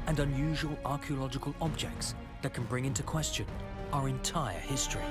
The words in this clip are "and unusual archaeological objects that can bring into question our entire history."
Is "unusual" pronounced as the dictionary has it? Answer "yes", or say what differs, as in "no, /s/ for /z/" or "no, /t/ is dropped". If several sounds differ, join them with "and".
yes